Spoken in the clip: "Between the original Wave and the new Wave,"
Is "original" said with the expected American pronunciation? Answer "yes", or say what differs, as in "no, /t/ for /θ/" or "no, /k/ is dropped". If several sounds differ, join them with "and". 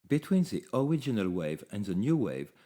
yes